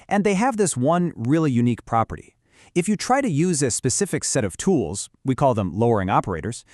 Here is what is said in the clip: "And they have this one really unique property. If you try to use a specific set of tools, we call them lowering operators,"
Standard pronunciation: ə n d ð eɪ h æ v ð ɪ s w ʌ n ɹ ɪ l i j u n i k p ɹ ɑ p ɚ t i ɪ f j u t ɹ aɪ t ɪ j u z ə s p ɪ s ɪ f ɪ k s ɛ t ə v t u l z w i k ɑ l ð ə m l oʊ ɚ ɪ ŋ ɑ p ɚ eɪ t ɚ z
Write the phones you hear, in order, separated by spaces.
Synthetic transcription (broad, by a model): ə n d ð eɪ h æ v ð ɪ s w ʌ n ɹ ɪ l i j u n i k p ɹ ɑ p ɚ t i ɪ f j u t ɹ aɪ t ɪ j u z ə s p ɪ s ɪ f ɪ k s ɛ t ə v t u l z w i k ɑ l ð ə m l oʊ ɚ ɪ ŋ ɑ p ɚ eɪ t ɚ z